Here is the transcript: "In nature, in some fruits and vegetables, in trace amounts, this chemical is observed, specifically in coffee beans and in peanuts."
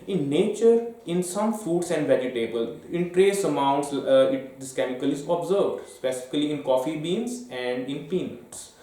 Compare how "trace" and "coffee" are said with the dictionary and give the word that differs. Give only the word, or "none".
none